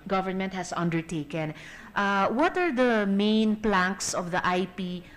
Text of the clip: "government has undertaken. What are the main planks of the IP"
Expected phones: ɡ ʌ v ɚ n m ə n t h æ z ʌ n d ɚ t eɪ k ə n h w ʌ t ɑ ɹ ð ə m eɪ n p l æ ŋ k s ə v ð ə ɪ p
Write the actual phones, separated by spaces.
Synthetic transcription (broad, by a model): ɡ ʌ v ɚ n m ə n t h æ s ʌ n d ɚ t eɪ k ə n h w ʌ t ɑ ɹ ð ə m eɪ n p l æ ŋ k s ə v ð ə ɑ p